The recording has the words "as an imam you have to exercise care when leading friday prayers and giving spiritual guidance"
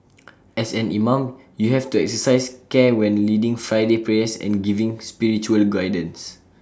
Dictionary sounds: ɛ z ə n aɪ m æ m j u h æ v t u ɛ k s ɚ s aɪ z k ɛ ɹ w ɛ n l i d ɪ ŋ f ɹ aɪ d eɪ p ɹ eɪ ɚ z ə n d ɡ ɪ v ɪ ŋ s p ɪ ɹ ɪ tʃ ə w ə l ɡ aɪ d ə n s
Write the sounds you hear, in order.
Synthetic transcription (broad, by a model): ɛ s ə n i m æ m j u h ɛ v t u ɛ k s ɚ s aɪ s k ɛ w ɛ n l i d ɪ ŋ f ɹ aɪ d eɪ p ɹ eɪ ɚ s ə n ɡ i v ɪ ŋ s p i ɹ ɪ tʃ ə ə l ɡ aɪ d ə n s